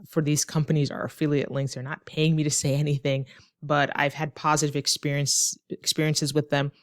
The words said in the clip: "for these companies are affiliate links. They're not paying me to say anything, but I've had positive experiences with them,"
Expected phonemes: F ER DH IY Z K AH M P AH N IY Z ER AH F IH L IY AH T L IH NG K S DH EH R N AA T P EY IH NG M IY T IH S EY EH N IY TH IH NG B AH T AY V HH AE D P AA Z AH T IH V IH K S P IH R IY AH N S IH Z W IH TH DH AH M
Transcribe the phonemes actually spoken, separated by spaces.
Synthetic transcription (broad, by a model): F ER DH IY Z K AH M P AH N IY Z ER AH F IH L IY AH T L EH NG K TH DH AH R N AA T P EY IH NG M IY T IH S EY EH N IY TH IH NG B AH T AY V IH D P AA Z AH T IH V IH K S P IH R IY AH N S IH Z W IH DH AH M